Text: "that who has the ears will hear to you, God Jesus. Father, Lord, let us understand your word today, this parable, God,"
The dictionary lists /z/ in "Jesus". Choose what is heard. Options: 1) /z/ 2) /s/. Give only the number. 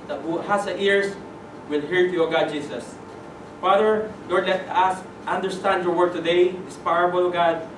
2